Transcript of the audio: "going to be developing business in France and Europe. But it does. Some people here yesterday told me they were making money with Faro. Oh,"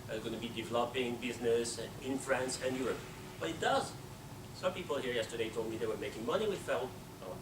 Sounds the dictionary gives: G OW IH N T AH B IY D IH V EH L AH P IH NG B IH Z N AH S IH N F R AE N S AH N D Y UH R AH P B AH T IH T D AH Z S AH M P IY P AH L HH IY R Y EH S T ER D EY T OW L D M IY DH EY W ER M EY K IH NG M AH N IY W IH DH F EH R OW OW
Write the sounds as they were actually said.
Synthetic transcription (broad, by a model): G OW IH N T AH B IY D IH V EH L AH P IH NG B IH Z N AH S IH N F R AE N S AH N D Y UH R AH P B AH T IH T D AH Z S AH M P IY P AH L HH IY R Y EH S T ER D EY T OW L D M IY DH EY W ER M EY K IH NG M AH N IY W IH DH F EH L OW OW